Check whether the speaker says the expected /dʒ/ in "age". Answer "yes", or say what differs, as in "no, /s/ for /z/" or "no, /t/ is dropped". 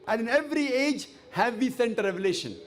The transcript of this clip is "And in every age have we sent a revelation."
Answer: yes